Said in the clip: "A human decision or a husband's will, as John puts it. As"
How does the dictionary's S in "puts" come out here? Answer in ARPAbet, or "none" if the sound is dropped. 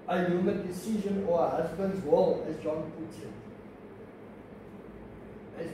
none